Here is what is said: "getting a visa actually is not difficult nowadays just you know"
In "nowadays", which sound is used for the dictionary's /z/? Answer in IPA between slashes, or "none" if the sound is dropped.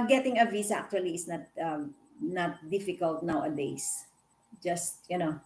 /s/